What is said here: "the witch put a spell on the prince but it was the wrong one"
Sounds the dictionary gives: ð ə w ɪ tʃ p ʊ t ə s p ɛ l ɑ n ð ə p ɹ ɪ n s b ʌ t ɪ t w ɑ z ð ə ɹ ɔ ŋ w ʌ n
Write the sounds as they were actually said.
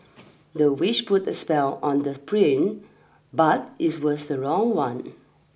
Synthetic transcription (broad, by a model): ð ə w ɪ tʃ p ʊ t ə s p ɛ l ɑ n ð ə p ɹ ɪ n b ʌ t ɪ t w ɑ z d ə ɹ ɔ ŋ w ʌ n